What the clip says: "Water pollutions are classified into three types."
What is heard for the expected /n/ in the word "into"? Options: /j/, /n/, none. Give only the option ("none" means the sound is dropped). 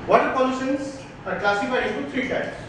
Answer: none